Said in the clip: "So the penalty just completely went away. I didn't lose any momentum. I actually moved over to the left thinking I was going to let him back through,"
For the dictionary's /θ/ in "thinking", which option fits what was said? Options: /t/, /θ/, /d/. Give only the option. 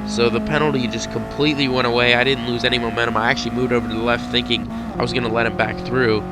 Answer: /θ/